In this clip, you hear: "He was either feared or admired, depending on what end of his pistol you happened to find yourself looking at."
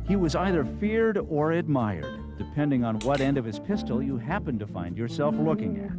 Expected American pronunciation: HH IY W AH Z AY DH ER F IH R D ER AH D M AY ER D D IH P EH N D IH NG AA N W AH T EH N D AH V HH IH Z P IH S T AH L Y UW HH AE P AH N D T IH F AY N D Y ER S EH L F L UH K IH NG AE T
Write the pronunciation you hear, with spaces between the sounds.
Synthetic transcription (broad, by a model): HH IY W AH Z AY DH ER F IH R D ER AH D M AY ER D D IH P EH N D IH NG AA N W AH T EH N D AH V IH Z P IH S T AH L Y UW HH AE P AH N T IH F AY N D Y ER S EH L F L UH K IH NG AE T